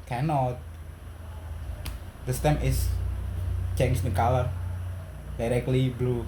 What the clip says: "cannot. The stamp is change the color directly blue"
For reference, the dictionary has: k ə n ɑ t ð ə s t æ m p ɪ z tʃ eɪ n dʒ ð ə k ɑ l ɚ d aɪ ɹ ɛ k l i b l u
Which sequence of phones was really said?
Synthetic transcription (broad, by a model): k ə n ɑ t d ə s t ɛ m ɪ s tʃ eɪ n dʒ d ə k ɑ l ɚ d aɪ ɹ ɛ k l i b l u